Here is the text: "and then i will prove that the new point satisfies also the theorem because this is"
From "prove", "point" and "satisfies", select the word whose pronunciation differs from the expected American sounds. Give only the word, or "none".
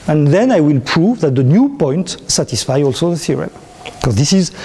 satisfies